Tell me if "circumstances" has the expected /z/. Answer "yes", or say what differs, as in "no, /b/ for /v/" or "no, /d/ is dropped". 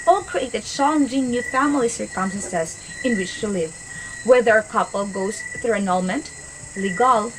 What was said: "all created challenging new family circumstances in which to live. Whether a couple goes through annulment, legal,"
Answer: no, /s/ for /z/